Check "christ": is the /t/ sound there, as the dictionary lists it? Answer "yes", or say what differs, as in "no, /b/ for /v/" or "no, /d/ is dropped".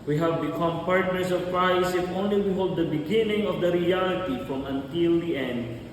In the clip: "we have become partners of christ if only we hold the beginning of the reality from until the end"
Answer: no, /t/ is dropped